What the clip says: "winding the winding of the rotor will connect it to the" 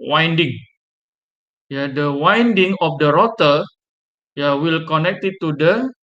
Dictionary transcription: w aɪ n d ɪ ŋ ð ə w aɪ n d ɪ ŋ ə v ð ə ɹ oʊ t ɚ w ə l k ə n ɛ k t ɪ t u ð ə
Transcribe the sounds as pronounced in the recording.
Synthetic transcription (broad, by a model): w aɪ n d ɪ ŋ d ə w aɪ n d ɪ ŋ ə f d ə ɹ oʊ t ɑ w ə l k ə n ɛ k t ɪ t u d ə